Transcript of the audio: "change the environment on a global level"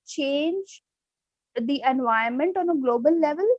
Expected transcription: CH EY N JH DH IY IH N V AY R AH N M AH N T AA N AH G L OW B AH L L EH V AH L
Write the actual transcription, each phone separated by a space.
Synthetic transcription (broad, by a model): CH EY N JH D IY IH N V AY AH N M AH N T AA N AH G L OW B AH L L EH V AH L